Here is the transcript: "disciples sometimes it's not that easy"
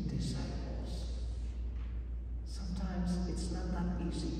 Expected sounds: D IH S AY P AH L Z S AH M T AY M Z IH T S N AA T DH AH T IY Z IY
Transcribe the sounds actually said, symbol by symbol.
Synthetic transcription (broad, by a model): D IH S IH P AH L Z S AH M T AY M Z IH T S N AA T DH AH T IY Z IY